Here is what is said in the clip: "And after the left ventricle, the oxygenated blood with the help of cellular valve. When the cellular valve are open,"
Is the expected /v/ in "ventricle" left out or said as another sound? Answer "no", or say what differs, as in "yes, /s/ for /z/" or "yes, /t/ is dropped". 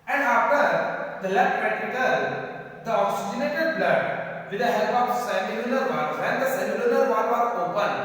yes, /p/ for /v/